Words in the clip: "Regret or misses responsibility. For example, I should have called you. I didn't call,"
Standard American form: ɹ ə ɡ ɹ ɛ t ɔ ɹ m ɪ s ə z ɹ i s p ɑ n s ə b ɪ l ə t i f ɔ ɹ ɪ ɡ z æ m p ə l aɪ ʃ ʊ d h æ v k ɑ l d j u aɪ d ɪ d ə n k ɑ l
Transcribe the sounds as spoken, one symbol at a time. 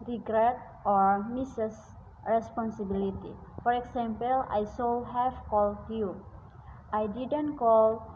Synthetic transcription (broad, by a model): ɹ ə ɡ ɹ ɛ t ɔ ɹ m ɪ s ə s ɹ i s p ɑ n s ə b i l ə t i f ɔ ɹ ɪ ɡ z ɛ m p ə l aɪ s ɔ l h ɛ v k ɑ l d j u aɪ d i d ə n k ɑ l